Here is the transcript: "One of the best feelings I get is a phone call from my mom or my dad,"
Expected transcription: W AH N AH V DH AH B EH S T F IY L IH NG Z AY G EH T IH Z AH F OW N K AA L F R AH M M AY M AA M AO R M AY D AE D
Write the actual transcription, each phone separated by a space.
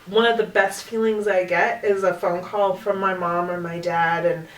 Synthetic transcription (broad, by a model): W AH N AH V DH AH B EH S T F IY L IH NG Z AY G EH T IH Z AH F OW N K AA L F R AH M M AY M AA M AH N M AY D AE D